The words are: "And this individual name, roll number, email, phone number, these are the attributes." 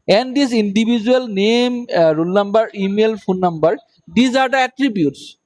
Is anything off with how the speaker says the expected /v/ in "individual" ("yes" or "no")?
yes